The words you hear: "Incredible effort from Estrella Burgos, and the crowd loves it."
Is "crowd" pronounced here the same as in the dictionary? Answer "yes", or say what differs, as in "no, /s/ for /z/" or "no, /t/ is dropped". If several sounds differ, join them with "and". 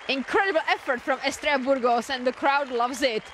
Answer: yes